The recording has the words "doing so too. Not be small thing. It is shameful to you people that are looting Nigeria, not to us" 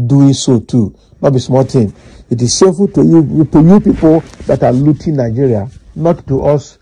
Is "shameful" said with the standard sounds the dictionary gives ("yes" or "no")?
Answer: no